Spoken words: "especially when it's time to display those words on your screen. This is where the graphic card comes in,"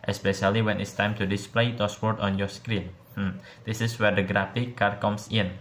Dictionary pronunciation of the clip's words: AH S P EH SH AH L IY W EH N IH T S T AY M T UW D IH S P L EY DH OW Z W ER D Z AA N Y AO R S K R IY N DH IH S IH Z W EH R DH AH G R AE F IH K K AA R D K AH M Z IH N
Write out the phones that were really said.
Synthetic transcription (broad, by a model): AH S P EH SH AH L IY W EH N IH T S T AY M T UW D IH S P L EY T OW S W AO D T AA N Y AO R S K R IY N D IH S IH S W EH R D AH G R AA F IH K K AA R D K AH M S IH N